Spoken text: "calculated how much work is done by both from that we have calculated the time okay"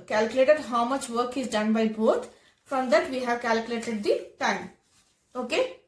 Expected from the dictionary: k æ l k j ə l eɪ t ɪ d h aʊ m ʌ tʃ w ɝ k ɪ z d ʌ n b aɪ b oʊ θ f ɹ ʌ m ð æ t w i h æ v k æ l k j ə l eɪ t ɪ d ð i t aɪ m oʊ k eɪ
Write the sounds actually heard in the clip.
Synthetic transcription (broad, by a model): k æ l k j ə l eɪ t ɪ d h aʊ m ʌ tʃ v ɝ k ɪ z d ʌ n b aɪ b oʊ t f ɹ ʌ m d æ t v i h æ v k æ l k j ə l eɪ t ɪ d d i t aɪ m oʊ k eɪ